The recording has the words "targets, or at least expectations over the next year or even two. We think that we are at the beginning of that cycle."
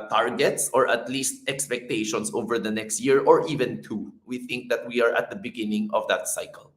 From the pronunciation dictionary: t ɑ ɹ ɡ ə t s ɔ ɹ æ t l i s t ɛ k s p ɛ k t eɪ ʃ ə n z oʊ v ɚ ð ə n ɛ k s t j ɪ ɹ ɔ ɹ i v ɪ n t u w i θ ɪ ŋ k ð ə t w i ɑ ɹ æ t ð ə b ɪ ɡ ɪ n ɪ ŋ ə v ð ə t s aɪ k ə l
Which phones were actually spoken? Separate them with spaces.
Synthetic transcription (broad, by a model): t ɑ ɹ ɡ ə t s ɔ ɹ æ t l i s t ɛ k s p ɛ k t eɪ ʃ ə n s oʊ v ɚ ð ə n ɛ k s t j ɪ ɹ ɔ ɹ i v ɪ n t u w i θ ɪ ŋ k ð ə t w i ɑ ɹ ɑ t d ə b ɪ ɡ ɪ n ɪ ŋ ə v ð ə t s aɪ k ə l